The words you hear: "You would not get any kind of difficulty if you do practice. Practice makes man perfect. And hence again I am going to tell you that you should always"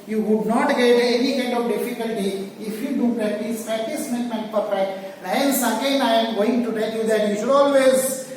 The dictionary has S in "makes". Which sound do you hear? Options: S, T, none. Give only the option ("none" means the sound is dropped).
none